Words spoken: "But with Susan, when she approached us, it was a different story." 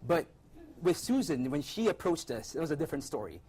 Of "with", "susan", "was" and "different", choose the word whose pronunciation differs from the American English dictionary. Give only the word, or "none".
none